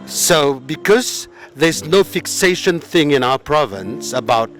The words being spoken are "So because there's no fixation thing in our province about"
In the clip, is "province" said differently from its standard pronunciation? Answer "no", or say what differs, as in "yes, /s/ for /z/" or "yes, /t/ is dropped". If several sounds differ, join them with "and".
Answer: no